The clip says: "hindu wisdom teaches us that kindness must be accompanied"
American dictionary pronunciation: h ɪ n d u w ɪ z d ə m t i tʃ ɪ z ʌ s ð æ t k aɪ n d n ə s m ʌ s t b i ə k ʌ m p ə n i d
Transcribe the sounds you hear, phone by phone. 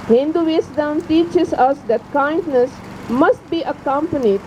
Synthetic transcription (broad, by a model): h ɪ n d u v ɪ s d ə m t i tʃ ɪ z ʌ s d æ t k aɪ n d n ə s m ʌ s t b i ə k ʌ m p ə n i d